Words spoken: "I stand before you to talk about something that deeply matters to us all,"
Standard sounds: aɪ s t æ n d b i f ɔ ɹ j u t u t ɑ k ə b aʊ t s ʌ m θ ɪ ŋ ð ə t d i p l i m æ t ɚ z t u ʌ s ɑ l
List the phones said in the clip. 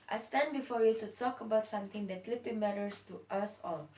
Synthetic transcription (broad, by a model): aɪ s t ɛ n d b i f ɔ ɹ j u t u t ɑ k ə b aʊ t s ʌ m t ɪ ŋ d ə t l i p i m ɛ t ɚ s t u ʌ s ɑ l